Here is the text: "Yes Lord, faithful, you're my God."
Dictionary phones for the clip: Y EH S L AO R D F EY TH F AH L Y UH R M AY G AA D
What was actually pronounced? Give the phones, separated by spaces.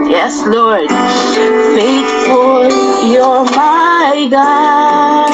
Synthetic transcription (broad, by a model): Y EH S L AO R D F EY T F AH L Y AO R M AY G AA